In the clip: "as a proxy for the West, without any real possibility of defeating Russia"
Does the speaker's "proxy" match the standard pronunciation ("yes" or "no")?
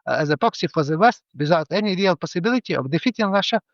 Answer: no